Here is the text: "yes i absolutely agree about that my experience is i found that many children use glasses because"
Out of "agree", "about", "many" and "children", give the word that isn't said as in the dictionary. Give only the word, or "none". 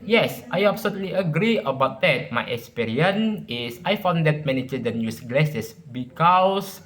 children